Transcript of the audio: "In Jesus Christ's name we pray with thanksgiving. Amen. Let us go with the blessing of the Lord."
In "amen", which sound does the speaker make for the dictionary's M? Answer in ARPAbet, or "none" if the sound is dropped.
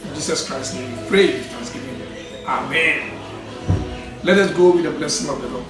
M